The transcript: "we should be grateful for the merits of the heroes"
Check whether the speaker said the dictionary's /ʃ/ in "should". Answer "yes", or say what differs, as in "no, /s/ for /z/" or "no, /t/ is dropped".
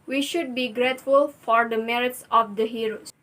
yes